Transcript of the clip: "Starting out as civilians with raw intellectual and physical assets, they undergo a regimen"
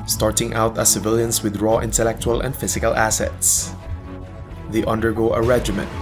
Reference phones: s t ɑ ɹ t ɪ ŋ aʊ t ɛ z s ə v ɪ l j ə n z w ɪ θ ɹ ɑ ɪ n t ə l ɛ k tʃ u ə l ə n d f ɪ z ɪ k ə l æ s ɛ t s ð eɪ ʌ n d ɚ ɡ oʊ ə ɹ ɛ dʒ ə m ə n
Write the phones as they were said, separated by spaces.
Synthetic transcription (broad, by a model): s t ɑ ɹ t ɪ ŋ aʊ t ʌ s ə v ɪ l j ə n s w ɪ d ɹ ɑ ɪ n t ə l ɛ k tʃ u ə l ə n d f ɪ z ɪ k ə l æ s ɛ t s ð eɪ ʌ n d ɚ ɡ oʊ ə ɹ ɛ dʒ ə m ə n